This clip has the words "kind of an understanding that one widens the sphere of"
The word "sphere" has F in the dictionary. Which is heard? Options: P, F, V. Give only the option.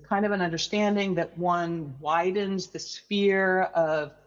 F